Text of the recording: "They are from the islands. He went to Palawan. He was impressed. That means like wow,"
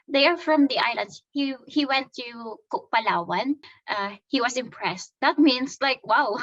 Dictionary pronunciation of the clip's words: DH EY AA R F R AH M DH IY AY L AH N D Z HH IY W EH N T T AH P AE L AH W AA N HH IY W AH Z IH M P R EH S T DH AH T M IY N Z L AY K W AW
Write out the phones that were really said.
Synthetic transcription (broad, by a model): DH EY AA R F R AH M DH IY AY L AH N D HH HH IY W EH N T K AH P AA L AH W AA N HH IY W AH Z IH M P R EH S T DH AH T M IY N S L AY K W AW